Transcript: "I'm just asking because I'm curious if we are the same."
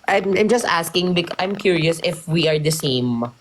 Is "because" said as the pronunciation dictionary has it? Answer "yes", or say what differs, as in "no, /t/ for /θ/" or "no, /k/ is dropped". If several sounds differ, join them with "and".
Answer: no, /k/ is dropped